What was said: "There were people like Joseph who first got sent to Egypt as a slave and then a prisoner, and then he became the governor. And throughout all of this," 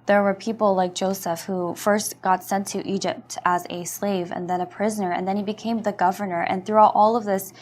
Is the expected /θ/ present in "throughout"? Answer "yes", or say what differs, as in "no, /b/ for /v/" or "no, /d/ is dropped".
yes